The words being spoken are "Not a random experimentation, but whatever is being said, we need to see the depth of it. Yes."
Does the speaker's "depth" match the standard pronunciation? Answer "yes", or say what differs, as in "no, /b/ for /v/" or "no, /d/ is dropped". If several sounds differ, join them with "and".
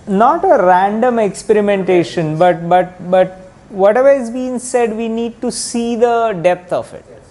no, /t/ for /θ/